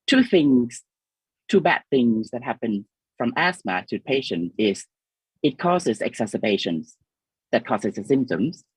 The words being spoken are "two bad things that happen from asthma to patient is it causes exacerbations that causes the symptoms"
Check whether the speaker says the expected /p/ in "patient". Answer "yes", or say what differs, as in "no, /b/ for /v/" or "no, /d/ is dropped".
yes